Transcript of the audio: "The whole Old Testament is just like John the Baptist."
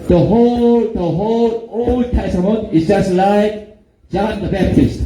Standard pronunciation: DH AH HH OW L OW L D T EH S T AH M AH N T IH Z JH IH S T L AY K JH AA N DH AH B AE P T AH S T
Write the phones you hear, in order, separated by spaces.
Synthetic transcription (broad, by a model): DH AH HH OW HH OW L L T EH S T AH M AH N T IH S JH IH S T L AY K JH AA N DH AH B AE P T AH S T